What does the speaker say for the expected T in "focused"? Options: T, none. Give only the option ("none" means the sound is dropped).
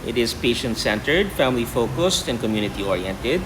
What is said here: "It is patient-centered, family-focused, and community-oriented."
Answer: T